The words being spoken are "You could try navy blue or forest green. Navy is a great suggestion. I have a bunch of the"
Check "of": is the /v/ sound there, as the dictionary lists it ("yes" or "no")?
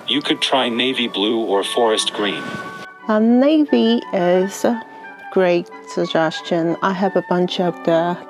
no